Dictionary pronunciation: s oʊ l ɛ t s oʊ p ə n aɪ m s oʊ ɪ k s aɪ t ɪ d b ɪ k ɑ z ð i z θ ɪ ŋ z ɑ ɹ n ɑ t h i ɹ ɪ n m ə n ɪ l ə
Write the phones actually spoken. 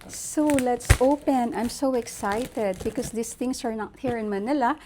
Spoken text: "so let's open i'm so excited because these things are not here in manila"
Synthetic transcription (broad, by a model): s oʊ l ɛ t s oʊ p ə n aɪ m s oʊ ɪ k s aɪ t ɪ d b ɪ k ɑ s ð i s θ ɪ ŋ s ɑ ɹ n ɑ t h i ɹ ɪ n m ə n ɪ l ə